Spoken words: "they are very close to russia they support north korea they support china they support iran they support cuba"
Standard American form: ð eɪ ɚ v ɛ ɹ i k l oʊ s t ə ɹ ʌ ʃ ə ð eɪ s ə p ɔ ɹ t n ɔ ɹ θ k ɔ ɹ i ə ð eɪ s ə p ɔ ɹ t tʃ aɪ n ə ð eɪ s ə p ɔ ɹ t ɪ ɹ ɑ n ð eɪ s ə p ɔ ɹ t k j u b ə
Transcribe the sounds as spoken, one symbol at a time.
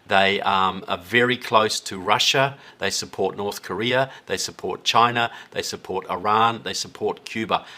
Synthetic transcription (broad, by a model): ð eɪ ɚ v ɛ ɹ i k l oʊ s t ə ɹ ʌ ʃ ə ð eɪ s ə p ɔ ɹ t n ɔ ɹ θ k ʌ ɹ i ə ð eɪ s ə p ɔ ɹ t tʃ aɪ n ə ð eɪ s ə p ɔ ɹ t ɪ ɹ ɑ n ð eɪ s ə p ɔ ɹ t k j u b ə